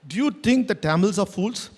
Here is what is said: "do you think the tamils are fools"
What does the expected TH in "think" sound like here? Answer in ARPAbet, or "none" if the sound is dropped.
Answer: T